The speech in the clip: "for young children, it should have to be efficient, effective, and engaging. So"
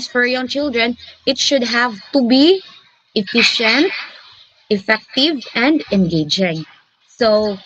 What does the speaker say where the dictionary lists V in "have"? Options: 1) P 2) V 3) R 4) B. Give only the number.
2